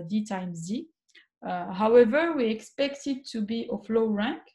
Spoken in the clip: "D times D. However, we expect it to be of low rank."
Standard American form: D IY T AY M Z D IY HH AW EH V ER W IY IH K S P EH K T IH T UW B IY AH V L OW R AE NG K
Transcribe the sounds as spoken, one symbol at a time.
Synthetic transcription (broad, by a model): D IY T AY M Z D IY HH AW EH V ER W IY IH K S P EH K T IH T UW B IY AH F L OW R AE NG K